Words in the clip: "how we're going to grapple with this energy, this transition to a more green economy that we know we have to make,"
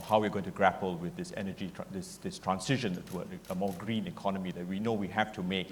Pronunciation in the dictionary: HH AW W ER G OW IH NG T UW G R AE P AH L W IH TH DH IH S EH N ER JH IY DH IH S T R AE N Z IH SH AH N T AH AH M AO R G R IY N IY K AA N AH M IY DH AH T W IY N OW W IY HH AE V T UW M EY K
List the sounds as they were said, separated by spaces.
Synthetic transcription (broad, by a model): HH AW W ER G OW IH NG T UW G R AE P AH L W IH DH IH S EH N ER JH IY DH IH S T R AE N S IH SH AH N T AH AH M AO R G R IY N IY K AA N AH M IY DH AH T W IY N OW W IY HH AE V T UW M EY K